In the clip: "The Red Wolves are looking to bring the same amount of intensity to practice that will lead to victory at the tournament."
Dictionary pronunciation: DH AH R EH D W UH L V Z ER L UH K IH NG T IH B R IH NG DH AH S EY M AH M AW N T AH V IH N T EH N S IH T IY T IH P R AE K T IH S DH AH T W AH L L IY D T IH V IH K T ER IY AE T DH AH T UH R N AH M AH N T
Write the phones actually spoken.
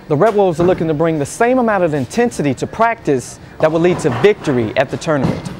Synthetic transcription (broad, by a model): DH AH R EH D W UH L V Z ER L UH K IH NG T IH B R IH NG DH AH S EY M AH M AW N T AH V IH N T EH N S IH T IY T IH P R AE K T IH S DH AH T W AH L L IY D T IH V IH K T ER IY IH T DH AH T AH R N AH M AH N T